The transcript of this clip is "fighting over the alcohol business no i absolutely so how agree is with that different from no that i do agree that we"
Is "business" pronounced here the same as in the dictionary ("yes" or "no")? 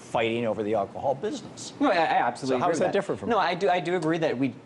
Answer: yes